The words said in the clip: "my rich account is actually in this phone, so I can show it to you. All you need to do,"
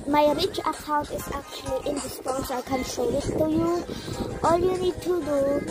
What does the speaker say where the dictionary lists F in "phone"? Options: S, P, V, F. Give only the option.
P